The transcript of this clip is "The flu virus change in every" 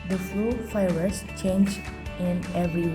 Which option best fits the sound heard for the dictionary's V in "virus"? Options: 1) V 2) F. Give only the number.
2